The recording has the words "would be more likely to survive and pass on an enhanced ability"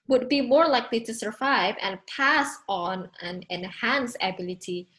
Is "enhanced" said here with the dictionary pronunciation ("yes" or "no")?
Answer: no